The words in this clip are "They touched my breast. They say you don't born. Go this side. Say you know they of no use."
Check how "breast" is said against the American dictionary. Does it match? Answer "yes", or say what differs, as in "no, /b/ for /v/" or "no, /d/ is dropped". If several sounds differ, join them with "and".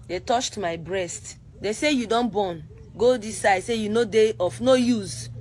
yes